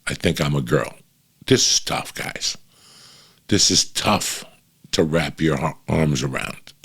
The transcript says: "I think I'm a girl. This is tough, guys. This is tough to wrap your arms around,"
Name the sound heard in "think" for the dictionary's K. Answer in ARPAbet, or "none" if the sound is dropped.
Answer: K